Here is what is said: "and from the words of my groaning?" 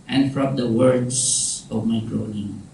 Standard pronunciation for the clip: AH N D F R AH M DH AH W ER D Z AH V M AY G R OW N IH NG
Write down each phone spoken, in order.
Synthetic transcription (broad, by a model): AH N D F R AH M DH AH W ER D S AH V M AY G R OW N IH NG